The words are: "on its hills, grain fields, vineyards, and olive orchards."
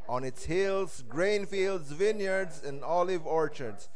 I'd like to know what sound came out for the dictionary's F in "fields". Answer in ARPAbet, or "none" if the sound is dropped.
F